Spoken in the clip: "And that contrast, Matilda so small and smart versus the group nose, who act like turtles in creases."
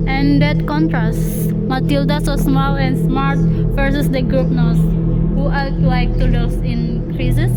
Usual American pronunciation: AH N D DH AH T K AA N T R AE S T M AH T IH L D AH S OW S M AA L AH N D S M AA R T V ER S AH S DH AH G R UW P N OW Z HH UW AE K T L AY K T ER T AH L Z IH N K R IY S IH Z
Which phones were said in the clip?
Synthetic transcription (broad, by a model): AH N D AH T K AA N T R AE S T M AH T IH L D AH S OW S M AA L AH N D S M AA R T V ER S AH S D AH G R UW P N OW S HH UW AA T L AY K T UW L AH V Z IH N K R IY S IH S